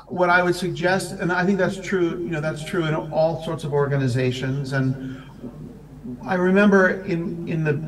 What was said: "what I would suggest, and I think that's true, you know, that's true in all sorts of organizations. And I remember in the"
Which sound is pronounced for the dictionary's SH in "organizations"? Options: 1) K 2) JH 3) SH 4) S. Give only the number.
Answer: 3